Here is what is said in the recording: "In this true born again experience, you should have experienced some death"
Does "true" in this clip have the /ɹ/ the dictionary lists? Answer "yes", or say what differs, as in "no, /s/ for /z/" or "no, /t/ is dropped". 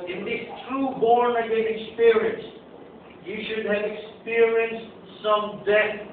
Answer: yes